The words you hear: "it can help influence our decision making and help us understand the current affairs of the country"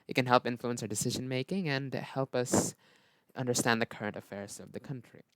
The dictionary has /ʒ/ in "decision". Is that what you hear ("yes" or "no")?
yes